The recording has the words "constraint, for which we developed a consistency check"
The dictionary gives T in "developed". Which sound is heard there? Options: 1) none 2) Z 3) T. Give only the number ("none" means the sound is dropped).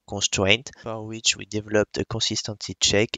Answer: 3